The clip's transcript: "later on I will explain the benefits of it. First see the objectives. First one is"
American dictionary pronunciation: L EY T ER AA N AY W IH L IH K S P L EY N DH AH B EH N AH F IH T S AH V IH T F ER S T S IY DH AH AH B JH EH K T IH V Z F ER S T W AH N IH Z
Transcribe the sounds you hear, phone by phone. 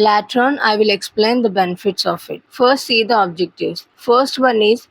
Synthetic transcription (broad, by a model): L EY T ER N AY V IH L IH K S P L EY N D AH B EH N AH F IH T S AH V IH T F ER S T S IY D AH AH B JH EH K T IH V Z F ER S T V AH N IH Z